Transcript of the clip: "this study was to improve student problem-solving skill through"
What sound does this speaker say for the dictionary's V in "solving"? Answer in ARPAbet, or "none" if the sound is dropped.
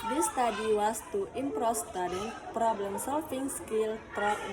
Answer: F